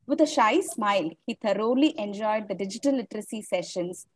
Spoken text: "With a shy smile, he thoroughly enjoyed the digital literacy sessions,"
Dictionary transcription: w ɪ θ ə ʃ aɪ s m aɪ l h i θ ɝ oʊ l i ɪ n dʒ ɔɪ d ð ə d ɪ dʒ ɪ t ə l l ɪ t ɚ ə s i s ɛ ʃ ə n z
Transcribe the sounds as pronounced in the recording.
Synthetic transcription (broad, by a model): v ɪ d ə ʃ aɪ s m aɪ l h i t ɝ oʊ l i ɪ n dʒ ɔɪ d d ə d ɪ dʒ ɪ t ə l l ɪ t ɚ ə s i s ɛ ʃ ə n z